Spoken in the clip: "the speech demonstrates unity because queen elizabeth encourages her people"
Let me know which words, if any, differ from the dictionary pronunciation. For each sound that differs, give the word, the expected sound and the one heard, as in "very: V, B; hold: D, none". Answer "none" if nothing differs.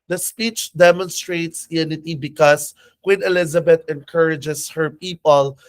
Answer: because: Z, S; elizabeth: TH, T; encourages: Z, S